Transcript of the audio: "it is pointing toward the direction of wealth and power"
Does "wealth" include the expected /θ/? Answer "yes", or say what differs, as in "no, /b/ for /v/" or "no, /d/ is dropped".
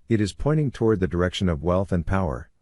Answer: yes